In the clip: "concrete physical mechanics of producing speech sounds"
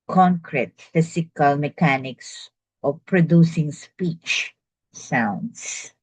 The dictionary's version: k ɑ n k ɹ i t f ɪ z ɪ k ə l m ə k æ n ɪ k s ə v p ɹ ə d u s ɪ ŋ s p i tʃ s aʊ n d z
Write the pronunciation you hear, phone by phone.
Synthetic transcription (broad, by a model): k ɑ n k ɹ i t f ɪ s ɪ k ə l m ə k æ n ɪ k s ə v p ɹ ə d u s ɪ ŋ s p i tʃ s aʊ n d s